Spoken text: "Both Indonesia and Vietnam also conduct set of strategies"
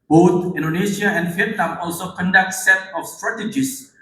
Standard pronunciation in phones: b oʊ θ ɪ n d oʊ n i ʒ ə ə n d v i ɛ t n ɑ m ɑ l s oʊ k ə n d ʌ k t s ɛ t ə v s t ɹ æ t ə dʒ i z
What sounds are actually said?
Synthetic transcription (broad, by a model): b oʊ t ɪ n d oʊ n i ʃ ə ə n d f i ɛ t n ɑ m ɑ l s oʊ k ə n d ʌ k t s ɛ t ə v s t ɹ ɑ t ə dʒ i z